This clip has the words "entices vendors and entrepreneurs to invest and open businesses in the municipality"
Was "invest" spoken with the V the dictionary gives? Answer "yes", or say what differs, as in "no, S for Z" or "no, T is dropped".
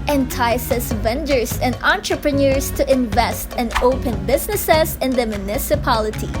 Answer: yes